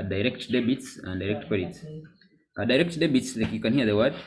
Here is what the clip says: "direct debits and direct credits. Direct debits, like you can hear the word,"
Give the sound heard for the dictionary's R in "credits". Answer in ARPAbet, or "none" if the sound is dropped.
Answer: none